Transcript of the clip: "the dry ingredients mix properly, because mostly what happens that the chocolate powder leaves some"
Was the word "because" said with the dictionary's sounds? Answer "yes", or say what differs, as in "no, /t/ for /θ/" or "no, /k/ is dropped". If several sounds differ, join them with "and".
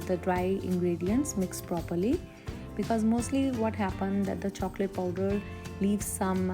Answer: yes